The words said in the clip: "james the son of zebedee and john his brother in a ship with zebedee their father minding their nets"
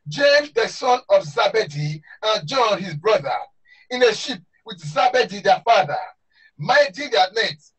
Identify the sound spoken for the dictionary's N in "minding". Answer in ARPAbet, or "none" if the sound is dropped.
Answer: none